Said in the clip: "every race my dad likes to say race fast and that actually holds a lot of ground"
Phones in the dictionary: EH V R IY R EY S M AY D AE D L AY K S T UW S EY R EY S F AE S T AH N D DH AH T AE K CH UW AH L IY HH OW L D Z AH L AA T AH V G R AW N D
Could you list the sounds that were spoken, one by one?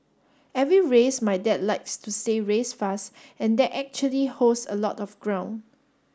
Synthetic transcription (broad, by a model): EH V R IY R EY S M AY D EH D L AY K S T UW S EY R EY S F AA S T AH N D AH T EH K CH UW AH L IY HH OW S AH L AA T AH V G R AW N